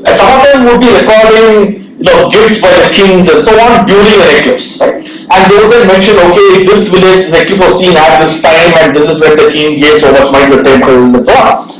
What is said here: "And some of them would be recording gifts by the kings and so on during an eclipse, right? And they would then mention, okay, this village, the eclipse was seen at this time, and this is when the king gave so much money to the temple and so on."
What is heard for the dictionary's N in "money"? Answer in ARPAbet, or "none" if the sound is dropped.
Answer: none